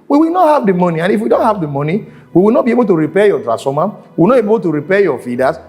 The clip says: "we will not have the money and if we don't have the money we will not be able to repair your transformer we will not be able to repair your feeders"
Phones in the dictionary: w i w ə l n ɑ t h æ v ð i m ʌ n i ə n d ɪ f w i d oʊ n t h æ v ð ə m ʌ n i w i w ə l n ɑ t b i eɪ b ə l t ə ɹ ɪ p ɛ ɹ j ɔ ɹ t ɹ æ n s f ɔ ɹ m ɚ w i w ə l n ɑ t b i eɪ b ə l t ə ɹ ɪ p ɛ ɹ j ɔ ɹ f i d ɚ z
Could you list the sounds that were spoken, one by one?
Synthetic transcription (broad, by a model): w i w ə l n ɑ t h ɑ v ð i m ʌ n i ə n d ɪ f w i d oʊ n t h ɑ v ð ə m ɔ n i w i w ə l n ɑ t b i eɪ b ə l t ə ɹ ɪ p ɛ j ɔ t ɹ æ s ɔ m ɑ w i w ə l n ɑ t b eɪ b ə l t ə ɹ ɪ p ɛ j ɔ f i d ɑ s